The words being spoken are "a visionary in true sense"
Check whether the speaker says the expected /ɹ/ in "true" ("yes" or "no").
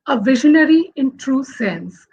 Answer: yes